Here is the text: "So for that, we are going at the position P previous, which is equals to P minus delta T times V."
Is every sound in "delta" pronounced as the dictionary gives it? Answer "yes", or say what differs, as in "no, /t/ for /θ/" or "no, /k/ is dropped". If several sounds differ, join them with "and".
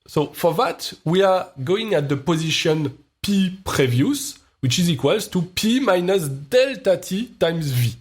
yes